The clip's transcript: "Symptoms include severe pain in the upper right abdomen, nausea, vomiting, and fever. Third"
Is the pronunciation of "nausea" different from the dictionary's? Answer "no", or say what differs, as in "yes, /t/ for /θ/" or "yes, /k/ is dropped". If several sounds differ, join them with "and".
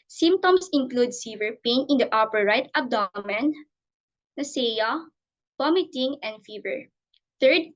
yes, /s/ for /z/